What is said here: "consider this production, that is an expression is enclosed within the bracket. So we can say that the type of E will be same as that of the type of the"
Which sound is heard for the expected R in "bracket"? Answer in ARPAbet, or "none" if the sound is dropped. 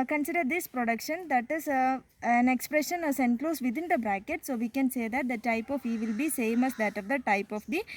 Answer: R